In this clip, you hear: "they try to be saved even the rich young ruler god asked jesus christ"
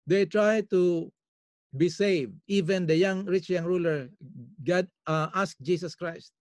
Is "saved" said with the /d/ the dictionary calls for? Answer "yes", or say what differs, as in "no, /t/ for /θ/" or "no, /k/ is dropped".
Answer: yes